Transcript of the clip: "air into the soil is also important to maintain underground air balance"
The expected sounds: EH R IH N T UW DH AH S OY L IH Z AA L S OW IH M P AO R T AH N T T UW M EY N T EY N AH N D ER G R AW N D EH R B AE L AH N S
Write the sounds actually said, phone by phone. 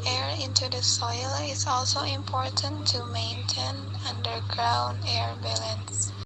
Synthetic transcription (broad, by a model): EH R IH N T UW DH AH S OY L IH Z AA L S OW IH M P AO R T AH N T T UW M EY N T EY N AH N D ER G R AW N D EH R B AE L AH N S